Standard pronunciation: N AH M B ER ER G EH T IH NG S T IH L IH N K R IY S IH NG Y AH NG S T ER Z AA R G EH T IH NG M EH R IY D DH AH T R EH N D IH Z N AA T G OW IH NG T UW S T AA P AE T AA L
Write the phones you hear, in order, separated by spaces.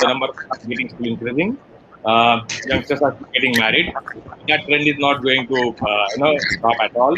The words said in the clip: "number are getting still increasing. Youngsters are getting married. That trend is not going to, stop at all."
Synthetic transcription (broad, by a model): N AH M B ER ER G EH T IH NG S T IH L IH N K R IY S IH NG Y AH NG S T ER S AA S G EH T IH NG M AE R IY D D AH T R EH N D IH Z N AA T G OW IH NG T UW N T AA P AE T AA L